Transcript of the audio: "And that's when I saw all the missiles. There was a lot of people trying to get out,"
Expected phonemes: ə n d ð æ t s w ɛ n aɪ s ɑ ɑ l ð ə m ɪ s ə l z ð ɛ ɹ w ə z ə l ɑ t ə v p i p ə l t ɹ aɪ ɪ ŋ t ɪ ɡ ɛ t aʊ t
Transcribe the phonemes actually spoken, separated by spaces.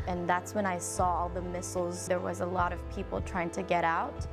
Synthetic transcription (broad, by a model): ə n ð æ t s w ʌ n aɪ s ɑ ɑ ð ə m ɪ s l z ð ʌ ɹ w ə z ə l ɑ t ə v p i p l t ɹ aɪ ɪ ŋ t ɪ ɡ ɛ t aʊ t